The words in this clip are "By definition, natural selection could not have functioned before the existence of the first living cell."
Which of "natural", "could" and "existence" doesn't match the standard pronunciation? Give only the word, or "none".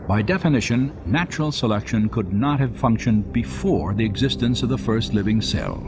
none